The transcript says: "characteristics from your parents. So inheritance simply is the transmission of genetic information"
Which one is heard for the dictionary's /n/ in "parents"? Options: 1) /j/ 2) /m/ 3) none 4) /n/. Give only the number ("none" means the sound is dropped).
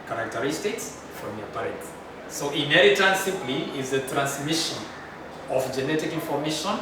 3